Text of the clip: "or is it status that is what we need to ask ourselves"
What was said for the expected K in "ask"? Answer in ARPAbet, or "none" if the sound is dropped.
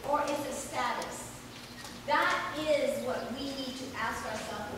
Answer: K